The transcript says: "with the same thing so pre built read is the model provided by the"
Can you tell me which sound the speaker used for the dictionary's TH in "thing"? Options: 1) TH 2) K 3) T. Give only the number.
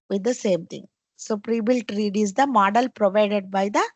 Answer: 3